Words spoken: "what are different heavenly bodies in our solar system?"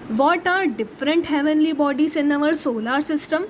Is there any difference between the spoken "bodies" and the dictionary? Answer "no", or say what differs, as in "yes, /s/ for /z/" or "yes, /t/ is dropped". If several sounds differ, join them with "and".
yes, /s/ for /z/